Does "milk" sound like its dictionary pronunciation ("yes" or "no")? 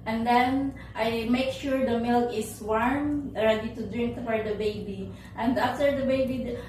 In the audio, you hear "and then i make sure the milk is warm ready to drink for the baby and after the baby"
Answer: yes